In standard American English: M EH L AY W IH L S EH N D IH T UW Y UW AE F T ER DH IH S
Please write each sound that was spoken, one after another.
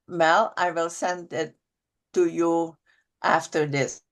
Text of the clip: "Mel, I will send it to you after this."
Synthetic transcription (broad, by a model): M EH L AY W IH L S EH N D IH T UW Y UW AE F T ER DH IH S